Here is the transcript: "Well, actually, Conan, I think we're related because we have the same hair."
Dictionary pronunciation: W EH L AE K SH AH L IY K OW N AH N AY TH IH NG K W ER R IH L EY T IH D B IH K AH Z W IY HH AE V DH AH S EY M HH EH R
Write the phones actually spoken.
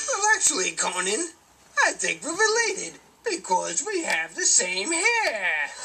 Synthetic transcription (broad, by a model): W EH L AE K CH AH L IY K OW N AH N AY TH IH NG K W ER R IH L EY T IH D B IH K AH Z W IY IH V DH AH S EY M HH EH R